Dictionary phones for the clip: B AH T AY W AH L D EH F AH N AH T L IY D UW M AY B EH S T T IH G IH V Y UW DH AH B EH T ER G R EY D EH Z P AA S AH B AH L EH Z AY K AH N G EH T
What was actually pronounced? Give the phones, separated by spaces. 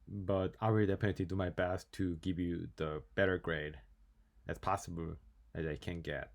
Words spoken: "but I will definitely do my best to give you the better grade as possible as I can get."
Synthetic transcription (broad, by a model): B AH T AY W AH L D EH P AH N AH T IY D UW M AY B EH S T T IH G IH V Y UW DH AH B EH T ER G R EY D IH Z P AA S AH B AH L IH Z AY K AH N G EH T